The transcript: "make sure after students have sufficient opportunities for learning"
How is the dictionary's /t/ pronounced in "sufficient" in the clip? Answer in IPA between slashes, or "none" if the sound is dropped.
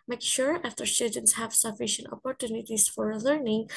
/t/